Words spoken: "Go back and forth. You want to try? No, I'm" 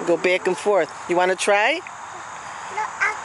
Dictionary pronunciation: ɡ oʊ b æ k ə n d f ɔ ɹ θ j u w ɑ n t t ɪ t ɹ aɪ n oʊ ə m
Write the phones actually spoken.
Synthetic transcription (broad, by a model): ɡ oʊ b æ k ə n f ɔ ɹ θ j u w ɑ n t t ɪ t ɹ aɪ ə